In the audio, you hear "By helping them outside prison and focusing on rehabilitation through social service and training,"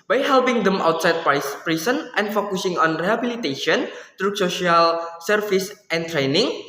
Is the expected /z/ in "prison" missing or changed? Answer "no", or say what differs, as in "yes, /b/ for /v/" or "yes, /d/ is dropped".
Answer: yes, /s/ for /z/